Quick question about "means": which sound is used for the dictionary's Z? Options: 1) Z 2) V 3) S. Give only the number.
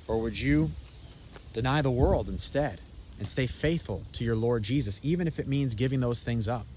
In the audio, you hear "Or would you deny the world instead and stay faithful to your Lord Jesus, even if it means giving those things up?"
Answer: 1